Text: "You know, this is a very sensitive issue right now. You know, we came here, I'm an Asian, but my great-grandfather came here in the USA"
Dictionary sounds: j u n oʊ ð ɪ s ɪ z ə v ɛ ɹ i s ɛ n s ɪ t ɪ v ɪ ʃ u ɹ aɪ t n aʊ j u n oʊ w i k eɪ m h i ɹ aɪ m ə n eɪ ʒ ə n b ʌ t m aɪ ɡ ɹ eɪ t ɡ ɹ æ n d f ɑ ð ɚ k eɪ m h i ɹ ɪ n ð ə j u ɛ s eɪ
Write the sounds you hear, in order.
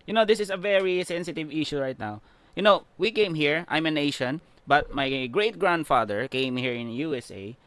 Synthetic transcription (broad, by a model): j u n oʊ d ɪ s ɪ s ə v ɛ ɹ i s ɛ n s ɪ t ɪ v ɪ ʃ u ɹ aɪ t n aʊ j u n oʊ w i k eɪ m h i ɹ aɪ m ə n eɪ ʃ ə n b ʌ t m aɪ ɡ ɹ eɪ t ɡ ɹ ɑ n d f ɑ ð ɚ k eɪ m h i ɹ ɪ n j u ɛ s eɪ